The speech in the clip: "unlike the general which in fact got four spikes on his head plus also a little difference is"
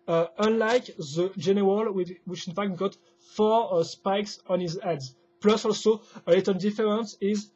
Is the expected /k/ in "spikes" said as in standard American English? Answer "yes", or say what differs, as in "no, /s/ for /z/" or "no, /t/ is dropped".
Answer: yes